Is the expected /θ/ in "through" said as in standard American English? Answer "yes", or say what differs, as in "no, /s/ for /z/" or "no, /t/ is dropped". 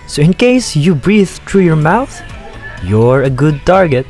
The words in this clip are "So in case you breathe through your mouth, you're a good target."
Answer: no, /t/ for /θ/